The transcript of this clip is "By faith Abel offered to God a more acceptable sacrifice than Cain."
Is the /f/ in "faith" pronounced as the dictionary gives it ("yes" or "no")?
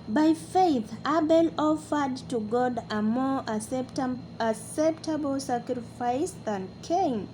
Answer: yes